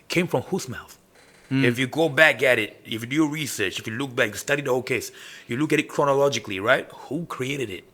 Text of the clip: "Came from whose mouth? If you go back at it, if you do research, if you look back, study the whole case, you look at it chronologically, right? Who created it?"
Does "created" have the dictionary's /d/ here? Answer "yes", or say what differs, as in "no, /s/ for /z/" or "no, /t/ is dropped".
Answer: yes